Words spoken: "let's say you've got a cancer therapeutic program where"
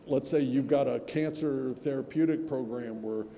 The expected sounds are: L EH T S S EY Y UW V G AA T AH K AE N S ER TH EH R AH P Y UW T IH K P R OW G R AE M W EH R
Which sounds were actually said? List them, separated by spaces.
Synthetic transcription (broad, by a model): L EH T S S EY Y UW V G AA T AH K AE N S ER TH EH R AH P Y UW T IH K P R OW G R AE M W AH R